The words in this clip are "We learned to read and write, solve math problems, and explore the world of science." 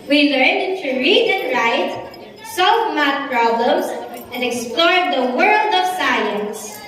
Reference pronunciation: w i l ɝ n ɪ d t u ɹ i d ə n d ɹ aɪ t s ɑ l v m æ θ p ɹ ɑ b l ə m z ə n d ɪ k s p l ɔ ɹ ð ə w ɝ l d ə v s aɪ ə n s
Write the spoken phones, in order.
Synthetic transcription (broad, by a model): w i l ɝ n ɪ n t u ɹ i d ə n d ɹ aɪ t s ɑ l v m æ t p ɹ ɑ b l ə m s ə n d ɪ k s p l ɔ ɹ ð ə w ɝ l d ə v s aɪ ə n s